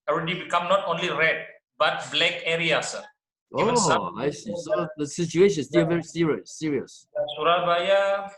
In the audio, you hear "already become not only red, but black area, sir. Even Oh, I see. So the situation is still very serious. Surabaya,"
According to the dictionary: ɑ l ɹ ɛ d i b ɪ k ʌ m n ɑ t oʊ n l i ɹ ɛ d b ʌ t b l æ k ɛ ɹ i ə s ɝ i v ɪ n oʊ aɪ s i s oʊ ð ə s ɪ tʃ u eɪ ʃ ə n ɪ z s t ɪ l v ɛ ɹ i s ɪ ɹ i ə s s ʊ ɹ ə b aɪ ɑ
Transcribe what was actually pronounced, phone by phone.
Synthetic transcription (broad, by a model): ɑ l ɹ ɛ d i b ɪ k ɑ m n ɑ t oʊ n l i ɹ ɛ d b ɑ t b l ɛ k ɛ ɹ i ə s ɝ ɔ ɪ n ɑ aɪ s i s oʊ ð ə s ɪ tʃ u eɪ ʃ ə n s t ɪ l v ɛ ɹ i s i ɹ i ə s s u ɹ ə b aɪ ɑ